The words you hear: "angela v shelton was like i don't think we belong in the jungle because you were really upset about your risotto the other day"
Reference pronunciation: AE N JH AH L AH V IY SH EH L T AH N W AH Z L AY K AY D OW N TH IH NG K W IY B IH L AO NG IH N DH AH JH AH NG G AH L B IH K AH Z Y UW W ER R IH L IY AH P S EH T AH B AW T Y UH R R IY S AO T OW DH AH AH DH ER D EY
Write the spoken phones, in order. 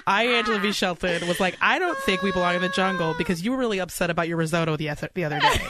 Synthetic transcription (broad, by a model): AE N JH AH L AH B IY SH EH L T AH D W AH Z L AY K AY D OW N TH IH NG K W IY B IH L AO NG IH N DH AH JH AH NG G L B IH K AH Z Y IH W ER R IH L IY AH P S EH T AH B AW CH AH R R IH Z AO T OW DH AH AH DH ER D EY